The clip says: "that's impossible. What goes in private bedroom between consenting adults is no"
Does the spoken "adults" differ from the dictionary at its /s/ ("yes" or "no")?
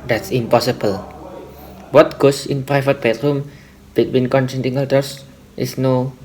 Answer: yes